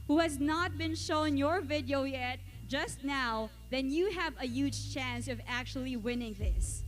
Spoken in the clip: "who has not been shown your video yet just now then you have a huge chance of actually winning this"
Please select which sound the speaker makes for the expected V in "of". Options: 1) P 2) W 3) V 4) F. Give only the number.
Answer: 3